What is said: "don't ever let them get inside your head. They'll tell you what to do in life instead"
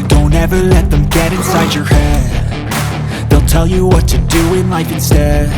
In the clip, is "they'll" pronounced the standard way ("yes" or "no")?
yes